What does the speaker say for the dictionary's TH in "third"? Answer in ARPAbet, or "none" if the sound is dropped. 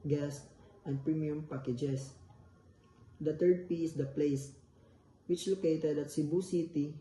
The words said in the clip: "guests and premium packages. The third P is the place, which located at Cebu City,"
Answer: T